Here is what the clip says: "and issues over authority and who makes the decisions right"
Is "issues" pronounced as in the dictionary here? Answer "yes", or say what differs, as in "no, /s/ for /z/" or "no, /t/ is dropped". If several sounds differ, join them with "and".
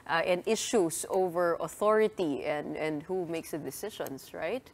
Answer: no, /s/ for /z/